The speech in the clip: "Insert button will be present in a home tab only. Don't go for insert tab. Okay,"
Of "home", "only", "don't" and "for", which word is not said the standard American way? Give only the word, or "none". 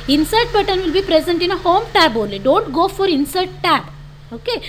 only